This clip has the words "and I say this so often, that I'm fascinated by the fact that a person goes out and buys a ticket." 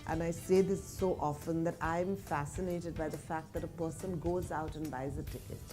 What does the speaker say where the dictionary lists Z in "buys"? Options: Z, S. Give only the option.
Z